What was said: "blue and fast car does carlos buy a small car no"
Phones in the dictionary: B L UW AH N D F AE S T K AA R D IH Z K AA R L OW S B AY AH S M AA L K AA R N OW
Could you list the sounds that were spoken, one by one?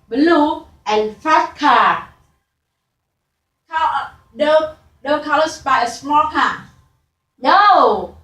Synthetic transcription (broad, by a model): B L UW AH N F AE T K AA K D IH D K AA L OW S B AY AH S M AA L K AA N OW